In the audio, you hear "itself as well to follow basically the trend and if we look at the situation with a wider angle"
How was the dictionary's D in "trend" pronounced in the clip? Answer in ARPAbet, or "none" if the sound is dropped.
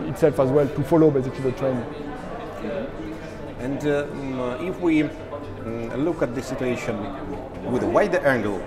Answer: none